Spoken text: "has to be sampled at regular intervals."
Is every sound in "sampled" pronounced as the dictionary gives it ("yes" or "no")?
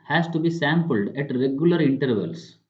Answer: yes